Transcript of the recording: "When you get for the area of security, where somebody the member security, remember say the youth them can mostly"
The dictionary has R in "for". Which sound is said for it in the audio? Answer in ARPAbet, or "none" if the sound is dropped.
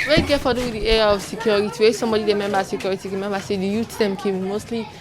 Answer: W